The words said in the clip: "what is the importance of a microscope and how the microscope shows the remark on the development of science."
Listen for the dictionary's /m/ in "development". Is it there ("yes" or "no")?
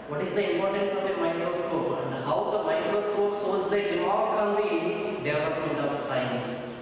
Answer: no